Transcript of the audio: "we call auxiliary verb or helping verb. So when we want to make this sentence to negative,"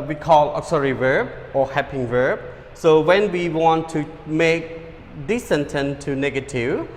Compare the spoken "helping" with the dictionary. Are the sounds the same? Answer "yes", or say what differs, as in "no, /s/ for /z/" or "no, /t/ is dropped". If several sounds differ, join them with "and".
no, /l/ is dropped